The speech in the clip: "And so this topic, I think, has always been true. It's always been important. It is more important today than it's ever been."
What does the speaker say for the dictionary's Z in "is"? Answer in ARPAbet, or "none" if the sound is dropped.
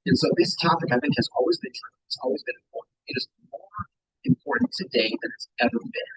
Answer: Z